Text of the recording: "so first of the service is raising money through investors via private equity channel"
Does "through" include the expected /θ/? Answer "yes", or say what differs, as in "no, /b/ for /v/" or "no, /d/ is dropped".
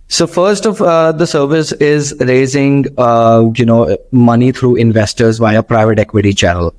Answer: no, /t/ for /θ/